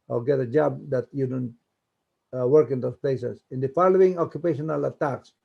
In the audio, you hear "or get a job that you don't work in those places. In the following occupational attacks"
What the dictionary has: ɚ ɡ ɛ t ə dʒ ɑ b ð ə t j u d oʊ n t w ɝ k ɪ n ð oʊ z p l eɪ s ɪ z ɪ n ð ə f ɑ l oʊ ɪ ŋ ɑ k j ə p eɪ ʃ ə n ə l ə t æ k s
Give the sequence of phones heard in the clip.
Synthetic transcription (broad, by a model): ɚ ɡ ɛ t ə dʒ ɑ b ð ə t j u d oʊ n t w ɝ k ɪ n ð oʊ s p l eɪ s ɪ s ɪ n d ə f ɑ l oʊ ɪ ŋ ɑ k j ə p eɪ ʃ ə n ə l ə t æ k s